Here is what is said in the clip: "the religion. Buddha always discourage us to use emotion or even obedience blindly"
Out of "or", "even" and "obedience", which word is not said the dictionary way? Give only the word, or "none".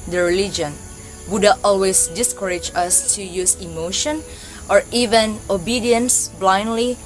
none